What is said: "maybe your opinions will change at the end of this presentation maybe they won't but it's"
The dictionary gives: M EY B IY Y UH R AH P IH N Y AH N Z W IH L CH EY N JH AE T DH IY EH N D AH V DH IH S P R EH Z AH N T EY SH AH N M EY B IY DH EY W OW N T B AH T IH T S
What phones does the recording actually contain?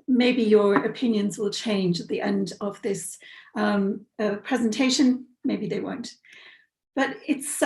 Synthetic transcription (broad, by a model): M EY B IY Y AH R AH P IH N Y AH N Z W IH L CH EY N JH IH T DH IY EH N D AH V DH IH S P R EH Z AH N T EY SH AH N M EY B IY DH EY W OW N T B AH T IH T S